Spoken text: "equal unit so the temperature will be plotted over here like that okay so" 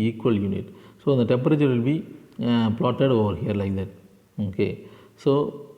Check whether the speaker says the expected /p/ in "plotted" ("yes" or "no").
yes